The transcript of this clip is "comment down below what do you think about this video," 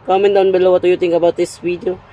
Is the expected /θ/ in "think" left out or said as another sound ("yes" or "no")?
yes